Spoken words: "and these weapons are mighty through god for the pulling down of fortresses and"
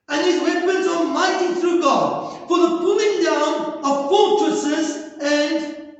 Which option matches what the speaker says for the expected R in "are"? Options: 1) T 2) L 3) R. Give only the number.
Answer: 2